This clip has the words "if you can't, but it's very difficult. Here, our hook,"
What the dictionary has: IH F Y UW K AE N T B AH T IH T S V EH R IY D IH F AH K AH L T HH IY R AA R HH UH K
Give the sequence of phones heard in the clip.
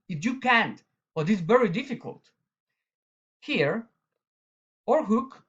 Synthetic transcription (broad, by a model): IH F Y UW K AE N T B AH T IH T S V EH R IY D IH F AH K AH L T HH IY R AA R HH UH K